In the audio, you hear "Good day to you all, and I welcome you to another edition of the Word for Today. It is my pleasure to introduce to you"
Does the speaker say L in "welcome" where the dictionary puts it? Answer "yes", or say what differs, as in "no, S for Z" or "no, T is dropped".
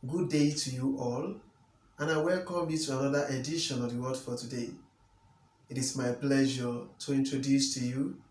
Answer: yes